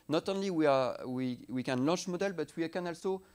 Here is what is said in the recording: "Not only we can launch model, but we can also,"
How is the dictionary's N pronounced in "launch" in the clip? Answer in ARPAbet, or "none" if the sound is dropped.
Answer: none